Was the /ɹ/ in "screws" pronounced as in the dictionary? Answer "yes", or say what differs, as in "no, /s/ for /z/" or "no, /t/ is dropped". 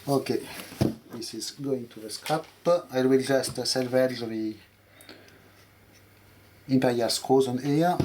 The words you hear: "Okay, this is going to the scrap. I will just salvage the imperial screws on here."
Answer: no, /ɹ/ is dropped